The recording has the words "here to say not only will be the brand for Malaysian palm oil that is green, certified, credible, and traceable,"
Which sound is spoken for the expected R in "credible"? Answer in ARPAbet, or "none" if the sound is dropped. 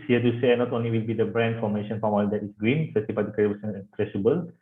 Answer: none